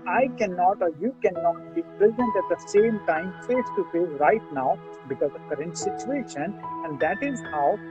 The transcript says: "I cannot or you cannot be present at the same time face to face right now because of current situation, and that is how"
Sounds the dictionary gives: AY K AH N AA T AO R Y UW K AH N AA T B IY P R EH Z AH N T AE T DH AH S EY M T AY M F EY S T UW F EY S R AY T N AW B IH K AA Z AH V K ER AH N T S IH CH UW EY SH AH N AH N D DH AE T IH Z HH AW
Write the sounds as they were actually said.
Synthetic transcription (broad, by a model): AY K AH N AA T AO R Y UW K AH N AA T B IY P R EH Z AH N T AE T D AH S EY M T AY M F EY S T UW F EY R AY T N AW B IH K AA Z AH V K ER AH N T S IH CH UW EY SH AH N AH N D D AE T IH Z HH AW